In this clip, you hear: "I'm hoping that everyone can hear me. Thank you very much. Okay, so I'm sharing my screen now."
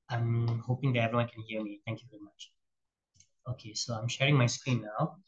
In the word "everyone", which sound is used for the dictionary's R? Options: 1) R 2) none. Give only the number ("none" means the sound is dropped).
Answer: 2